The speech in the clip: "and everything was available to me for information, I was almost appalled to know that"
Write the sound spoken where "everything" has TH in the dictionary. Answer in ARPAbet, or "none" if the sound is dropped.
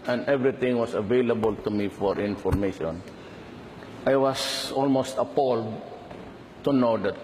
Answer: T